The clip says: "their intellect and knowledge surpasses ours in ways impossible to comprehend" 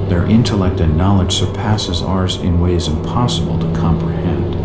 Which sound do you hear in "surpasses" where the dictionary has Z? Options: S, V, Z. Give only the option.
Z